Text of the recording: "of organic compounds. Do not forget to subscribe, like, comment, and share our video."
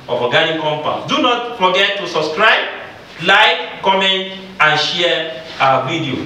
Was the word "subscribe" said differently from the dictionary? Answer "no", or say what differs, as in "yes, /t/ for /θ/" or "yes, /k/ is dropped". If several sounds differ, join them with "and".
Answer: no